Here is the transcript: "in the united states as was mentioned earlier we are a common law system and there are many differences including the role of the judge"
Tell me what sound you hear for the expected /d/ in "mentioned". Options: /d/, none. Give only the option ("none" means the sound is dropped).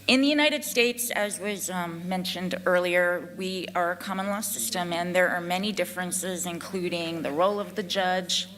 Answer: /d/